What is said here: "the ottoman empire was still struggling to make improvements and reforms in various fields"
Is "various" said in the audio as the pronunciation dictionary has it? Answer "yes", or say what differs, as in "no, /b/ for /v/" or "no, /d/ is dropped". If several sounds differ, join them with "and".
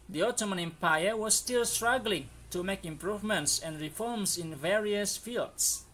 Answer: yes